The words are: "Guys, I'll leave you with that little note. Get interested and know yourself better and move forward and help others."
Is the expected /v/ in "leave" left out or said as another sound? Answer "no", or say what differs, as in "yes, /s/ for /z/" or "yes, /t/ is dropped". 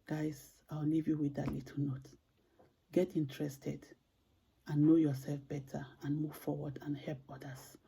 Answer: no